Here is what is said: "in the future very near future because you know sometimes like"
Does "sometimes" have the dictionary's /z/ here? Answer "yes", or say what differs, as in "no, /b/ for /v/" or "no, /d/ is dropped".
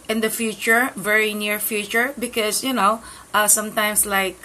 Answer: no, /s/ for /z/